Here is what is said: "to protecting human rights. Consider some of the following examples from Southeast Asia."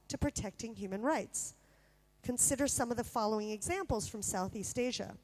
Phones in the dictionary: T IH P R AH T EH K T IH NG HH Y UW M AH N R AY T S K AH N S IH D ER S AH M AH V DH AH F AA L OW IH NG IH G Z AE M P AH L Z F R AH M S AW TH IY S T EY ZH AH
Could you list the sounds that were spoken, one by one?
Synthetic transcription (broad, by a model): T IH P R AH T EH K T IH NG HH Y UW M AH N R AY T S K AH N S IH D ER S AH M AH V DH AH F AA L OW IH NG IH G Z AE M P L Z F R AH M S AW TH IY S T EY ZH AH